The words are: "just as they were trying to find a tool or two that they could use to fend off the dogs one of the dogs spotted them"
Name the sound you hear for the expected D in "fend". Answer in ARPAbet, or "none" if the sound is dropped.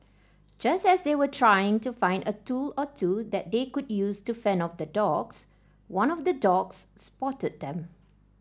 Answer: none